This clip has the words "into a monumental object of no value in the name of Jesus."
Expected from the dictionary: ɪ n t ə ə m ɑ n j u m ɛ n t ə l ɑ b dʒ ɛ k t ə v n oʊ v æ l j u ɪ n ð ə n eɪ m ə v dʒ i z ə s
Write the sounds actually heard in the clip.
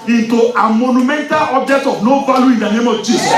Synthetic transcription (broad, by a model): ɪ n t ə ə m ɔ n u m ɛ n t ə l ɑ b dʒ ɛ k t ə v n oʊ b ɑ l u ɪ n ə n eɪ m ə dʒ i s